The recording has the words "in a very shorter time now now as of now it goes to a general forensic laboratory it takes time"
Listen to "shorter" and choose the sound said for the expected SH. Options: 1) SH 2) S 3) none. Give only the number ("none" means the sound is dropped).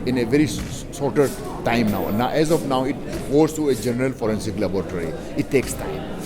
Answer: 2